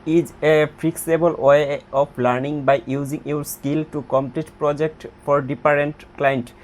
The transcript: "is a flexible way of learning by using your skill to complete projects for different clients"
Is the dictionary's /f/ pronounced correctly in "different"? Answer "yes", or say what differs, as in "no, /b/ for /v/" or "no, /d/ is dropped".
no, /p/ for /f/